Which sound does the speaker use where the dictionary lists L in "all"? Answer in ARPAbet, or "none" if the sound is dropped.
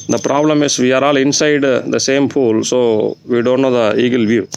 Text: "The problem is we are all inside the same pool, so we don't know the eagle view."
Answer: L